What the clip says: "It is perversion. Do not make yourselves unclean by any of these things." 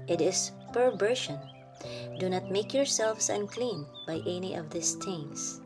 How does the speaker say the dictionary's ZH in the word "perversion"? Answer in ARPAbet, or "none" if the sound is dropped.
SH